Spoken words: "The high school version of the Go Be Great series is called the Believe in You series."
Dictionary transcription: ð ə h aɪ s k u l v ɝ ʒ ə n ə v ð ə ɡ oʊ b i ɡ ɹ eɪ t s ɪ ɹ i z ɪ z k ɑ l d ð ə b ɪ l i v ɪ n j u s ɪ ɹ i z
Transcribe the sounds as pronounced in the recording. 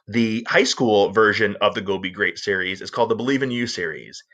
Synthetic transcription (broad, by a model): ð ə h aɪ s k u l v ɝ ʒ ə n ə v ð ə ɡ oʊ b i ɡ ɹ eɪ t s ɪ ɹ i z ɪ z k ɑ l d ð ə b ɪ l i v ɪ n j u s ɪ ɹ i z